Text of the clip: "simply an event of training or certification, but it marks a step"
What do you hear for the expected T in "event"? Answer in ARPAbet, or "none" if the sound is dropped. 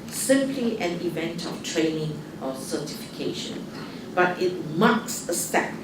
T